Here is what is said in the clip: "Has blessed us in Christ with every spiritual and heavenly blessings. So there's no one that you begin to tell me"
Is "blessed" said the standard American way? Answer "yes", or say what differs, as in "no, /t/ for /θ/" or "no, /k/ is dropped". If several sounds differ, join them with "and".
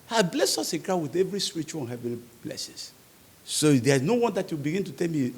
no, /t/ is dropped